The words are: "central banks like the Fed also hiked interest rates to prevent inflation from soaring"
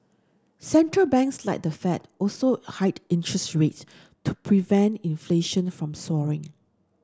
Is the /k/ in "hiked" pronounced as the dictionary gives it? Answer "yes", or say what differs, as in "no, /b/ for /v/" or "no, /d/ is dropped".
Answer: no, /k/ is dropped